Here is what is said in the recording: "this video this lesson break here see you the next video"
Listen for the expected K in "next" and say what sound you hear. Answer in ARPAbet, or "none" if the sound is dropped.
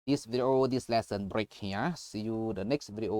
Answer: K